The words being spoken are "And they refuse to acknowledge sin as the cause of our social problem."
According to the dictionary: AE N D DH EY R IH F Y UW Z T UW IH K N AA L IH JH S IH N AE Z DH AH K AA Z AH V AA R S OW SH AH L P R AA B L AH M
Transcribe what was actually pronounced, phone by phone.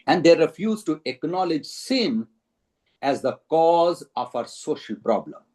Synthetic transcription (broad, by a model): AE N D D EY R IH F Y UW Z T UW IH K N AA L IH JH S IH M AE Z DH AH K AA Z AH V AA R S OW SH AH L P R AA B L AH M